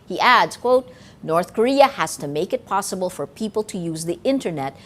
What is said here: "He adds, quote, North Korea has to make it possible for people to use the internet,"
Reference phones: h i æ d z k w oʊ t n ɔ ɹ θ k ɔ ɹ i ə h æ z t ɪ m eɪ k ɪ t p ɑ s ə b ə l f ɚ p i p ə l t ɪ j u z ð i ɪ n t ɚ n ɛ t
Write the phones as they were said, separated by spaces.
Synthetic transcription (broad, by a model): h i æ d z k w oʊ t n ɔ ɹ θ k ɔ ɹ i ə h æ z t ɪ m eɪ k ɪ t p ɑ s ə b ə l f ɚ p i p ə l t ɪ j u z ð i ɪ n t ɚ n ɛ t